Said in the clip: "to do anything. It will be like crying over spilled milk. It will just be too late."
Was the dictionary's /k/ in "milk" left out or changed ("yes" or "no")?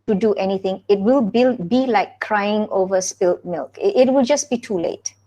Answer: no